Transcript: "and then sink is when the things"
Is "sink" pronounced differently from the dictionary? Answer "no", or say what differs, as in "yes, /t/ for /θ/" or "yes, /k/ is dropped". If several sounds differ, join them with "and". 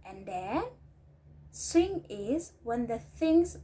yes, /k/ is dropped